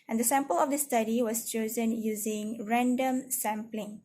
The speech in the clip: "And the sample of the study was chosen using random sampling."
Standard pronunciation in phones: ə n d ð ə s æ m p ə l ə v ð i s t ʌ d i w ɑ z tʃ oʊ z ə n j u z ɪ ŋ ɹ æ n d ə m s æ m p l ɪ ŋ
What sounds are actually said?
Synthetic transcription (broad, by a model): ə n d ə s æ m p ə l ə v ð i s t ʌ d i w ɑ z tʃ oʊ z ə n j u z ɪ ŋ ɹ æ n d ə m s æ m p l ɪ ŋ